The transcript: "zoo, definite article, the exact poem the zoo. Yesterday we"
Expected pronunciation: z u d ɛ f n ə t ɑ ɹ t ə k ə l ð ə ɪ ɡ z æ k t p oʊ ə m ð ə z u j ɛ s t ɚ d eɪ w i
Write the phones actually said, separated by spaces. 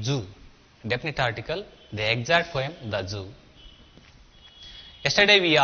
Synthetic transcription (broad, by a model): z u d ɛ p n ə t ɑ ɹ t ə k ə l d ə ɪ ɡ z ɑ t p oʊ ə m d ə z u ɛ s t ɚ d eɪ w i